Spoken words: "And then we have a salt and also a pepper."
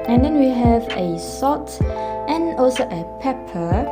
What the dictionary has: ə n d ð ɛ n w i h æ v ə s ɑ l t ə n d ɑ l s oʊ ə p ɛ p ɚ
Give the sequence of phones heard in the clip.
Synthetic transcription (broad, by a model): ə n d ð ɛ n w i h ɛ v ə s ɑ t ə n ɑ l s oʊ ə p ɛ p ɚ